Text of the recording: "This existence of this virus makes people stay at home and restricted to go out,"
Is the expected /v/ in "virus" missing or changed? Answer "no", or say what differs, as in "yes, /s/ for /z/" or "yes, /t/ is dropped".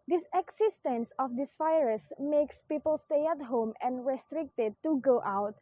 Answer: yes, /f/ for /v/